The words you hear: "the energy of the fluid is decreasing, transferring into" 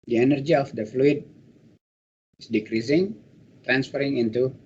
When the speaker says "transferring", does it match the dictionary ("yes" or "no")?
yes